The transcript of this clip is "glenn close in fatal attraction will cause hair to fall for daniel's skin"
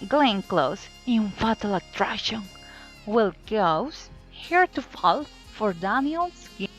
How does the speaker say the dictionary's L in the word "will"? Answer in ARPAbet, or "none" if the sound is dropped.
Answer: L